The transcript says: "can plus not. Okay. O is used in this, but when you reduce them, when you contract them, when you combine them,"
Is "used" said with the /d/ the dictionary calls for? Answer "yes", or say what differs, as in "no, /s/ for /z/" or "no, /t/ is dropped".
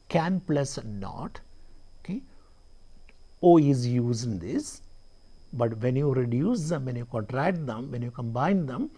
no, /d/ is dropped